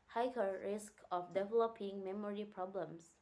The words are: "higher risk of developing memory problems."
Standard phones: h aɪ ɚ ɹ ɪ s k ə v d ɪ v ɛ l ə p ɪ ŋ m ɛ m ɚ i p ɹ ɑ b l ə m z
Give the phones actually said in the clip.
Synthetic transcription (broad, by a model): h aɪ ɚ ɹ ɪ s k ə f d ɪ v ɛ l ə p ɪ ŋ m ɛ m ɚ i p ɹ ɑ b l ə m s